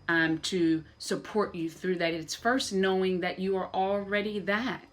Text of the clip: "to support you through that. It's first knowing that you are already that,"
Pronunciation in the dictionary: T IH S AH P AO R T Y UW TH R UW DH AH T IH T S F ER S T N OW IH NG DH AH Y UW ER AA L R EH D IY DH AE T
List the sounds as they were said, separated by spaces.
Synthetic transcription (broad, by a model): T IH S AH P AO R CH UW TH R UW DH AH T IH T S F ER S T N OW IH NG DH AH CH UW ER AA L R EH D IY DH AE T